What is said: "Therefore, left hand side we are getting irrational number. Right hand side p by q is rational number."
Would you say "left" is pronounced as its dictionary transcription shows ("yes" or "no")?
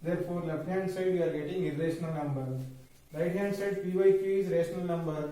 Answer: no